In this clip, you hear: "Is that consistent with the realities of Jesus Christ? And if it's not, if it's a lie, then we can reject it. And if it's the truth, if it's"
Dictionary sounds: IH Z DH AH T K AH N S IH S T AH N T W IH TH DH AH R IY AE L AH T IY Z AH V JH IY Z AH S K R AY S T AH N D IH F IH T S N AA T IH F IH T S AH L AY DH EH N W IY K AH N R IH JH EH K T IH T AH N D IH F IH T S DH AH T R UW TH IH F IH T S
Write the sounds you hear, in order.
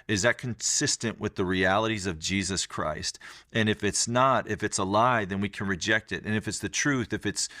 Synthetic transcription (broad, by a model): IH Z DH AH T K AH N S IH S T AH N T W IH DH AH R IY AE L AH T IY Z AH V JH IY Z AH S K R AY S T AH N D IH F IH T S N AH T IH F IH T S AH L AY DH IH N W IY K AH N R IH JH EH K T IH T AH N IH F IH T S DH AH T R UW TH IH F IH T S